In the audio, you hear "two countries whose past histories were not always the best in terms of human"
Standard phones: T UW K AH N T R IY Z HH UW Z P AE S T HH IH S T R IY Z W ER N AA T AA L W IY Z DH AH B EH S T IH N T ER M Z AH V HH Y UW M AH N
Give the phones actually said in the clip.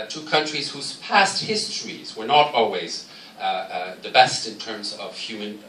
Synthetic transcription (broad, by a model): T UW K AH N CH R IY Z HH UW Z P AE S T HH IH S T R IY Z W ER N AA T AA L W IY Z DH AH B EH S T IH N T ER M Z AH V HH Y UW M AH N